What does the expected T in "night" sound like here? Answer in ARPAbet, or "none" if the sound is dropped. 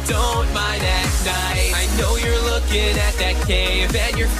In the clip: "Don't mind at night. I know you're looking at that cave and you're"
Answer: none